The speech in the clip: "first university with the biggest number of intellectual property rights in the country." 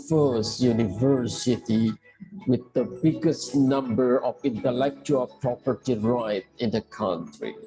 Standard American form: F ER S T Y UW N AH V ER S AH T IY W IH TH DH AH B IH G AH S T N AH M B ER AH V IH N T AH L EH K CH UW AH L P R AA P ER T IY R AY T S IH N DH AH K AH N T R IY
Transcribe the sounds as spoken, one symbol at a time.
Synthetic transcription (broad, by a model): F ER S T Y UW N AH V ER S AH T IY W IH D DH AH B IH G AH S T N AH M B ER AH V IH N T AH L EH K CH UW AH L P R AA P ER T IY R AY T IH N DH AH K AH N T R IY